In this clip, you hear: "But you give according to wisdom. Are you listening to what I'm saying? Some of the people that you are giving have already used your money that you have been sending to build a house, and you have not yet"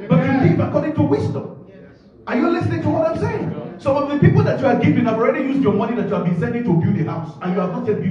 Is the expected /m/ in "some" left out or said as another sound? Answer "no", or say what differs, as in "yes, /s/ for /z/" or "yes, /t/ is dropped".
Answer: yes, /m/ is dropped